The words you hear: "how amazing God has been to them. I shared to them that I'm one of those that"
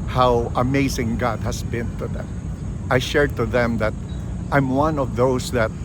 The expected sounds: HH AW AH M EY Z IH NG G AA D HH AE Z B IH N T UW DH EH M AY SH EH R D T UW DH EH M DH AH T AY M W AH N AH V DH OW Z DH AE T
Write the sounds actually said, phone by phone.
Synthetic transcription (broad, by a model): HH AW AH M EY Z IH NG G AA D HH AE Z B IH N T UW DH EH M AY SH EH R D T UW DH EH M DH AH T AY M W AH N AH V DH OW S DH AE T